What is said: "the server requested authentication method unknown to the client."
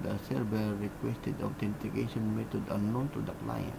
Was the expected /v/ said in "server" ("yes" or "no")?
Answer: no